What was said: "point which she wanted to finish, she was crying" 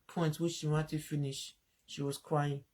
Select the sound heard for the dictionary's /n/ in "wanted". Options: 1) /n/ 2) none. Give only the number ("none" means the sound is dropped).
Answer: 2